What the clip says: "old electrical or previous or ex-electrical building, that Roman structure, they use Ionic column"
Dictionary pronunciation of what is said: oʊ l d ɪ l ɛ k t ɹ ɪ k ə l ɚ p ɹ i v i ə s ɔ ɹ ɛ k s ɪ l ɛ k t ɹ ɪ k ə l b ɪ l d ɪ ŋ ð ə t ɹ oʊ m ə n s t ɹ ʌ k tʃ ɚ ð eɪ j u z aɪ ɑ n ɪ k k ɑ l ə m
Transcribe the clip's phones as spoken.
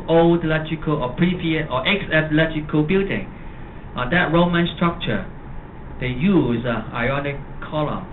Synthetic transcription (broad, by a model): oʊ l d l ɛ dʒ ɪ k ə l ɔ p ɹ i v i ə ɔ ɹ ɛ k s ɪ l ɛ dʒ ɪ k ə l b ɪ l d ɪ ŋ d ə t ɹ oʊ m ə n s t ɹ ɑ k tʃ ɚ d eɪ j u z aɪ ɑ n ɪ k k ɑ l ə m